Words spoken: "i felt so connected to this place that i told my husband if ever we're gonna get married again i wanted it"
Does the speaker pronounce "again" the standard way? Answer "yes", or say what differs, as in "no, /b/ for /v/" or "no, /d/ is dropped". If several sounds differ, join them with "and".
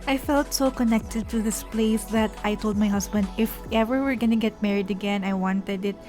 yes